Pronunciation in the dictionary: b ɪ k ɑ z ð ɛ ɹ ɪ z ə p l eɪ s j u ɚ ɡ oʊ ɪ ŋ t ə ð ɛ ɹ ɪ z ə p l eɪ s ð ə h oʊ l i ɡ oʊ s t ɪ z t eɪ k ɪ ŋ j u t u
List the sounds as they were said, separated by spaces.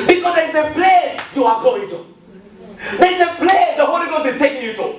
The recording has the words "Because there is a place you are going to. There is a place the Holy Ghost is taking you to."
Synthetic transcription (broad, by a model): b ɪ k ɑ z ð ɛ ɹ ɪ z ə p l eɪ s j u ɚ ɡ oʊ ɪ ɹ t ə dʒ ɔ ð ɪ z ə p l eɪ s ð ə h oʊ l i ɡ oʊ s ɪ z t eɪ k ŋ j u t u